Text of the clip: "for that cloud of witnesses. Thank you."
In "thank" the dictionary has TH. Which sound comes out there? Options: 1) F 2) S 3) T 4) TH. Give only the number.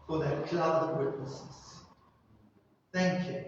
4